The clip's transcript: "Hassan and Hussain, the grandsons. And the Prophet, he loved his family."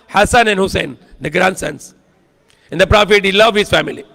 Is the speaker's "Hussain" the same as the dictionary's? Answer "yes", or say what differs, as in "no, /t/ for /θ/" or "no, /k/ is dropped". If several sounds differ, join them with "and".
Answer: yes